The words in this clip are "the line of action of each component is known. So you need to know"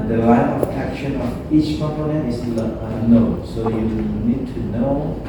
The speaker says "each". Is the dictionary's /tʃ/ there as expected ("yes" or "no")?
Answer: yes